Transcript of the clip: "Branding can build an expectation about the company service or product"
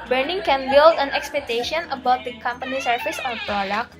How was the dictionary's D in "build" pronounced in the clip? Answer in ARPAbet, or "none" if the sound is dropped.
D